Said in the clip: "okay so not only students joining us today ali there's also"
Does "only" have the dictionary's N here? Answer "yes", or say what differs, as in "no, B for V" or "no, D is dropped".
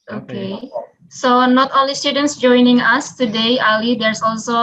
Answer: no, N is dropped